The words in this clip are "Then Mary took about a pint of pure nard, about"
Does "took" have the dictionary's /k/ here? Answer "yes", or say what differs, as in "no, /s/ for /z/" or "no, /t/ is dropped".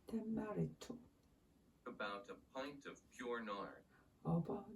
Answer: no, /k/ is dropped